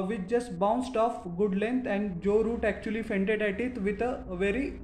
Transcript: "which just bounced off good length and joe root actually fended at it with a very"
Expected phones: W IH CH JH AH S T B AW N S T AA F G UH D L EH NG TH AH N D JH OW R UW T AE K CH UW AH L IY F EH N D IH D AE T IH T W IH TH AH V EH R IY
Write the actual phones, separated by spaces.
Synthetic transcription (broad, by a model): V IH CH JH AH S T B AW N S T AA F G UH D L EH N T AH N D JH OW R UW T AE K CH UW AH L IY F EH N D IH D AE T IH T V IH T AH V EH R IY